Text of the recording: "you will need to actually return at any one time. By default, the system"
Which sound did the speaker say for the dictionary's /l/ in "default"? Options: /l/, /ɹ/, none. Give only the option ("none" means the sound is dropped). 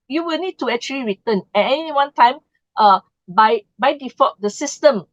none